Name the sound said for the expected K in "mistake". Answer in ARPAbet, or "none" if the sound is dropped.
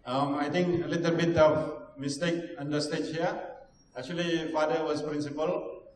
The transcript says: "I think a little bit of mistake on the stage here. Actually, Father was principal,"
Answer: K